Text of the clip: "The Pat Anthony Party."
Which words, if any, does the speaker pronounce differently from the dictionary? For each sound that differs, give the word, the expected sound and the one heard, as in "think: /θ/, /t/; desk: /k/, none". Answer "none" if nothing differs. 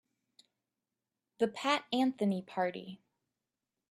none